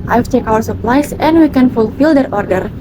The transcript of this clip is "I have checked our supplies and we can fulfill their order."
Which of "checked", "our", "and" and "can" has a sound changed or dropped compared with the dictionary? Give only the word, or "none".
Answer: checked